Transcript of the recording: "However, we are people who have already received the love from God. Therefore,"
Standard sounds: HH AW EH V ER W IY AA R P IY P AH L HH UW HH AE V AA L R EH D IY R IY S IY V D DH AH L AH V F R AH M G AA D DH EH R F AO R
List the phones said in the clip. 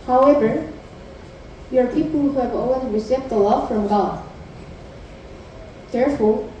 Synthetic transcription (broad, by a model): HH AW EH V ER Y AA R P IY P AH L HH UW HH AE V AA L W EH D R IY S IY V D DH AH L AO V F R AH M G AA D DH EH R F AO R